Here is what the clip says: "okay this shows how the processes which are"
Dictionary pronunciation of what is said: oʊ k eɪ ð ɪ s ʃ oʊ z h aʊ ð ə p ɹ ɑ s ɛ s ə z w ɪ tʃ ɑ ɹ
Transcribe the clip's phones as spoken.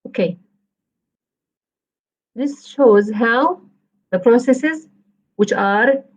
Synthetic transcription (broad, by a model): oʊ k eɪ ð ɪ s ʃ oʊ z h aʊ ð ə p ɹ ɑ s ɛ s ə z w ɪ tʃ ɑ ɹ